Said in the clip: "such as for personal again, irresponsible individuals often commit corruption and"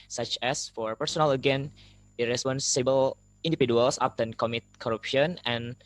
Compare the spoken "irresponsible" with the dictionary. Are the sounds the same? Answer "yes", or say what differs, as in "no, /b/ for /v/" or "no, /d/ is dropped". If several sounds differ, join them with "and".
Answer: yes